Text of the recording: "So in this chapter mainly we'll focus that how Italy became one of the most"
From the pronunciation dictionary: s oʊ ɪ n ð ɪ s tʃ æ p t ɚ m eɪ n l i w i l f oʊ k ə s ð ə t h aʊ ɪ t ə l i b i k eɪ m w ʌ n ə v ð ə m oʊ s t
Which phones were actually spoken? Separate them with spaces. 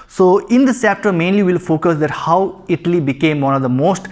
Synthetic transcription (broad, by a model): s oʊ ɪ n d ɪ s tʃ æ p t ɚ m eɪ n l i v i l f oʊ k ə s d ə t h aʊ ɪ t ə l i b i k eɪ m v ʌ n ə v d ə m oʊ s t